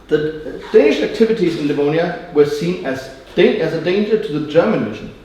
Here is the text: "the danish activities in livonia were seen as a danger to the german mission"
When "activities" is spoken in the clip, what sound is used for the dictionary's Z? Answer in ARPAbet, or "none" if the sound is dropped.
Z